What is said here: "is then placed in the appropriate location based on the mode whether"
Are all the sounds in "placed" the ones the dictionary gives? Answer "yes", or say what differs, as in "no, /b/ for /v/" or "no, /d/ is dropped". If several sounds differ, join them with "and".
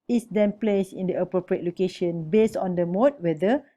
no, /t/ is dropped